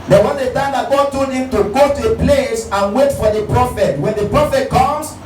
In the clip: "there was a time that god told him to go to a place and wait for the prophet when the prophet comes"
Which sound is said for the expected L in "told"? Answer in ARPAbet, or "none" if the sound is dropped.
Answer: none